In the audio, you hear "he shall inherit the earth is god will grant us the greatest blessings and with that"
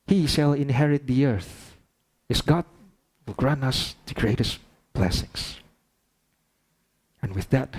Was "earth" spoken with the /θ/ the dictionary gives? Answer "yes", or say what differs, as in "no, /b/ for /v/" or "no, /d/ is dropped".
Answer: yes